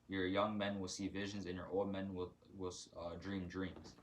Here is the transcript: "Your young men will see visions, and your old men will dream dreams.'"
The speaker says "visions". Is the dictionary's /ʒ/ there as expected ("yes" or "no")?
yes